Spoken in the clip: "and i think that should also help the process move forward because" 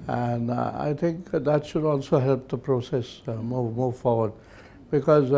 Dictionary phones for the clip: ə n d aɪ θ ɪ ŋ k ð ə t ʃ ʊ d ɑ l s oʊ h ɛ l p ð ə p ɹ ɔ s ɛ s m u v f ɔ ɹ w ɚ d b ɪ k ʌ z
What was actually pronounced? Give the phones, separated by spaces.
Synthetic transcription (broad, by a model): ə n aɪ θ ɪ ŋ k ð ə t ʃ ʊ d ɑ l s oʊ h ɛ l p ð ə p ɹ ɔ s ɛ s m u v f ɔ ɹ w ɚ d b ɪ k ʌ z